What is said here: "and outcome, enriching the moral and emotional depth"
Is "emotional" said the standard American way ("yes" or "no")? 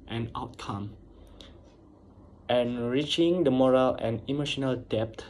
yes